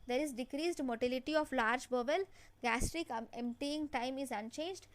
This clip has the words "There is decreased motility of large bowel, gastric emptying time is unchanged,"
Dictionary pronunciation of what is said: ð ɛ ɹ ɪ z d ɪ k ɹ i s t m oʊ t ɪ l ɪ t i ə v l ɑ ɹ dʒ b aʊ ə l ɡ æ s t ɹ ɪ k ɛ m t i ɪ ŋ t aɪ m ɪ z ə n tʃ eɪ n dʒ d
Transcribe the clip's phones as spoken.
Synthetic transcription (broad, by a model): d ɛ ɹ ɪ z d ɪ k ɹ i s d m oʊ t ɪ l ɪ t i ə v l ɑ ɹ dʒ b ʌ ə l ɡ æ s t ɹ ɪ k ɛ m t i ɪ ŋ t aɪ m ɪ z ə n tʃ eɪ n dʒ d